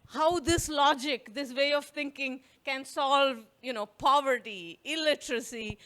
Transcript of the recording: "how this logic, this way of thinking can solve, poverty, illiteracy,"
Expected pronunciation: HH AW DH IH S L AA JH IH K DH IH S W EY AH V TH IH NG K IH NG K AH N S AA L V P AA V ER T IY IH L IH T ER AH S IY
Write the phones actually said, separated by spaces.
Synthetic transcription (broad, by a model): HH AW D IH S L AA JH IH K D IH S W EY AH V T IH NG K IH NG K AH N S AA L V P AA V ER T IY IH L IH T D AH S IY